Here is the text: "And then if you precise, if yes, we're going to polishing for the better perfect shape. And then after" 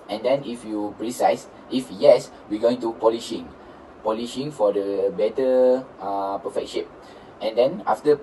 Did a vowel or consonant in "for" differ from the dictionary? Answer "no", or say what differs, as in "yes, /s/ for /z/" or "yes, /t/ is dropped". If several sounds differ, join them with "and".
yes, /p/ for /f/